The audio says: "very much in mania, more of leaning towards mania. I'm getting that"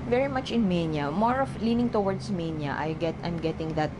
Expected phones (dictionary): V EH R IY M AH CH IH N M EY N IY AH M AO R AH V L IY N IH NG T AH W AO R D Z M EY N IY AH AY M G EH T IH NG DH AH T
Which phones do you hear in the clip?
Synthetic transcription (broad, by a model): V EH R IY M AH CH IH N M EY N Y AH M AO R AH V L IY N IH NG T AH W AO R D S M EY N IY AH AY M G EH T IH NG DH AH T